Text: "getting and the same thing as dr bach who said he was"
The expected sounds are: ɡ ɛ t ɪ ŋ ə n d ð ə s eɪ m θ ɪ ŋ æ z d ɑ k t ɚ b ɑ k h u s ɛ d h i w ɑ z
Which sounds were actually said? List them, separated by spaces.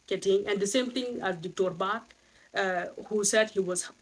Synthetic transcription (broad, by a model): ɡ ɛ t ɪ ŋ ə n d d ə s eɪ m t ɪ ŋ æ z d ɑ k t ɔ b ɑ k h u s ɛ d h i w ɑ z